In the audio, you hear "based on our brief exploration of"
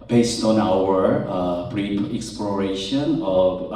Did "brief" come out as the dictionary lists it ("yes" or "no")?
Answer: no